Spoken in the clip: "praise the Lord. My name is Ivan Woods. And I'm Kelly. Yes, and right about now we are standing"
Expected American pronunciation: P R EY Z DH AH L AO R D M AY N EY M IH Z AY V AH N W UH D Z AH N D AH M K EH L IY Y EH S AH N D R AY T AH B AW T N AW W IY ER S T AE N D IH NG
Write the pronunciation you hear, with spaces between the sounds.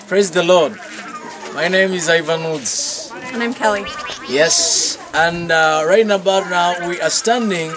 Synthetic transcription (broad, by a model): P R EY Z DH AH L AO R D M AY N EY M IH Z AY V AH N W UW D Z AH N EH AH M K EH L IY Y EH S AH N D R AY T AH B AW T N AW W IY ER S T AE N D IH NG